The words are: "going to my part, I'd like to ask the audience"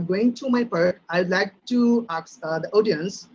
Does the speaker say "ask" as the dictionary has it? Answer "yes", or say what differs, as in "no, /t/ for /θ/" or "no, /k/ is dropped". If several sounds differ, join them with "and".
no, /s/ is dropped